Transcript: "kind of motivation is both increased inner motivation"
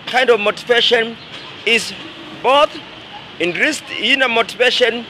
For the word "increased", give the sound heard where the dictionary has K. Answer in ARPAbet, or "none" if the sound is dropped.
none